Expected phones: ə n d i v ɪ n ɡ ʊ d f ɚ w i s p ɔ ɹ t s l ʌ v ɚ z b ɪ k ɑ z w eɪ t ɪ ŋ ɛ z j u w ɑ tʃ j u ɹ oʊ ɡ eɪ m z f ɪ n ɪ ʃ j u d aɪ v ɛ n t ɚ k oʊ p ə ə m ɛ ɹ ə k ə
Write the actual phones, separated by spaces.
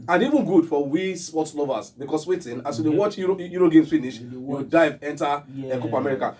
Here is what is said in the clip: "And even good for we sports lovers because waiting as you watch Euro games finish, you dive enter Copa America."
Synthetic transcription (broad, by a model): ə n i v ɪ n ɡ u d f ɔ w i s p ɔ t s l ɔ v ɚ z b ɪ k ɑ s w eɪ t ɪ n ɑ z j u w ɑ tʃ j u ɹ oʊ ɡ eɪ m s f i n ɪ ʃ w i d aɪ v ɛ n t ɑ k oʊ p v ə m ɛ ɹ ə k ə